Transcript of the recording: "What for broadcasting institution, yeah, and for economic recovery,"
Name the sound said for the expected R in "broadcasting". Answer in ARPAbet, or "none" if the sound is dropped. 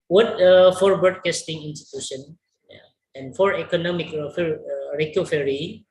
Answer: none